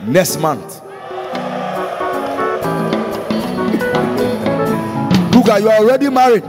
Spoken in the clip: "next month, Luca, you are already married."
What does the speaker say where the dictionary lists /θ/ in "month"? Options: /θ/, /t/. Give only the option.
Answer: /t/